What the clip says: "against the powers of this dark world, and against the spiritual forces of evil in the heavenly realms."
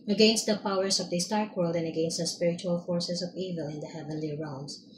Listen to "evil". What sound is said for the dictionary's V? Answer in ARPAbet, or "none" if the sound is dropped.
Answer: V